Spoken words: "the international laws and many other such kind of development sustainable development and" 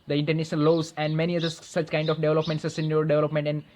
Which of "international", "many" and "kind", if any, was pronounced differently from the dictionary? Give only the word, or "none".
international